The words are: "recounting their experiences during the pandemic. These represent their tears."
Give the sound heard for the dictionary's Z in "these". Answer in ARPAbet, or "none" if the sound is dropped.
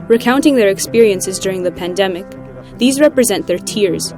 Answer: Z